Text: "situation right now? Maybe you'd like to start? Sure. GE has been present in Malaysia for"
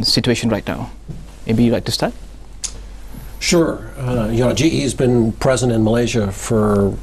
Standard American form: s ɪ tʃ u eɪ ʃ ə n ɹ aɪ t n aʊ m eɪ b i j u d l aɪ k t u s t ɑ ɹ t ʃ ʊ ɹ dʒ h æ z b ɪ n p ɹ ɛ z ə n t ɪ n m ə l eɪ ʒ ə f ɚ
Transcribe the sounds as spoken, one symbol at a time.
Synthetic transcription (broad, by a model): s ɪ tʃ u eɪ ʃ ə n ɹ aɪ t n aʊ m eɪ b i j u l aɪ k t u s t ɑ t ʃ ʊ ɹ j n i z b ɪ n p ɹ ɛ z ə n t ɪ n m ə l eɪ ʒ ə f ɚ